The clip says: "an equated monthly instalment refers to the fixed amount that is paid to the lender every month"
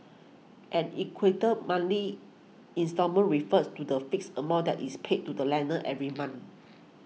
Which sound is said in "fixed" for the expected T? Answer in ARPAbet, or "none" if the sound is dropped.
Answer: none